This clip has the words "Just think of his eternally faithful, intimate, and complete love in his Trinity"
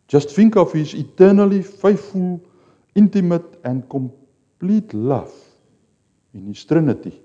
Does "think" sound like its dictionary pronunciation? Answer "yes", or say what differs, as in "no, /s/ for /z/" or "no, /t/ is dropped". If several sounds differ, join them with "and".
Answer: no, /f/ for /θ/